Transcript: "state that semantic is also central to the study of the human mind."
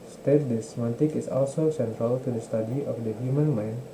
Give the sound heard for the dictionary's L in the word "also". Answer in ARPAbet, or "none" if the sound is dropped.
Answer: L